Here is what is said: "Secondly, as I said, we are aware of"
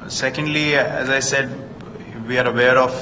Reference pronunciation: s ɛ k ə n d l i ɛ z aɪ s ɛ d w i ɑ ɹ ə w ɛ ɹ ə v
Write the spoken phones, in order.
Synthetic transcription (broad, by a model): s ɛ k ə n d l i ɛ z aɪ s ɛ d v i ɑ ɹ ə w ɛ ɹ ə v